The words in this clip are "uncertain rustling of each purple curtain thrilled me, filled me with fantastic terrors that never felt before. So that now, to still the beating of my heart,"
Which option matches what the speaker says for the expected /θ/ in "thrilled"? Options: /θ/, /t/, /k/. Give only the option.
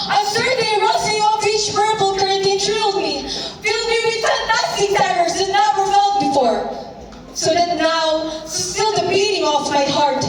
/t/